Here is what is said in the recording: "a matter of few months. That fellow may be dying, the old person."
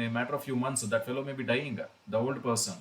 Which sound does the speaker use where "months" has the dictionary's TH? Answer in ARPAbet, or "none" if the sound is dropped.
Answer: T